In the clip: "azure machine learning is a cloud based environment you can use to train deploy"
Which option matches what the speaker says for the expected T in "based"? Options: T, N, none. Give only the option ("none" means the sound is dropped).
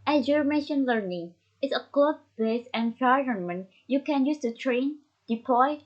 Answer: none